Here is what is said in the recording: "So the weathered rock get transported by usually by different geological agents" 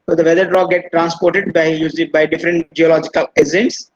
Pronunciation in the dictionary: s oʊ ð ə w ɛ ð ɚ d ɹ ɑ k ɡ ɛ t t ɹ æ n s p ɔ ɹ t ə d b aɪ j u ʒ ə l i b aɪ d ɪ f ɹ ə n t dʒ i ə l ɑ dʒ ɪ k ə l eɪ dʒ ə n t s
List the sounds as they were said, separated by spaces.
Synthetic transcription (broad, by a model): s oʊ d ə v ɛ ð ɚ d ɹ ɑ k ɡ ɛ t t ɹ æ n s p ɔ ɹ t ə d b aɪ j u z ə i b aɪ d ɪ f ɹ ə n t dʒ i ə l ɑ dʒ ɪ k ə l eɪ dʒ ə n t s